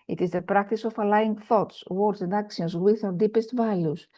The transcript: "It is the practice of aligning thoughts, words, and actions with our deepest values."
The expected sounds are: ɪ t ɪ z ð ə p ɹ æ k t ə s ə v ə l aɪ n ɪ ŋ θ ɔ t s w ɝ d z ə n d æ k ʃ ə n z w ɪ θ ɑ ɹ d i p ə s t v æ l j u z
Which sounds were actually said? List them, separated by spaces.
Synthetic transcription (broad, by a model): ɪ t ɪ z ð ə p ɹ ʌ k t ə s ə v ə l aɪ ɪ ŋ θ ɔ t s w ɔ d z ə n d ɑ k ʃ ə n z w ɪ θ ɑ d i p ə s t v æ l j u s